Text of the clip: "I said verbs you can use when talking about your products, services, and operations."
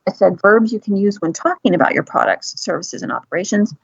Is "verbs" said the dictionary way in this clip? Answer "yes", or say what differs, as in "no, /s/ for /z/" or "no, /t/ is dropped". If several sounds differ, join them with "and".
yes